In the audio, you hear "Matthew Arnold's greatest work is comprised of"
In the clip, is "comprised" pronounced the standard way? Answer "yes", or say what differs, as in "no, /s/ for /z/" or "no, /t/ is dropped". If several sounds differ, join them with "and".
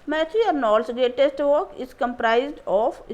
yes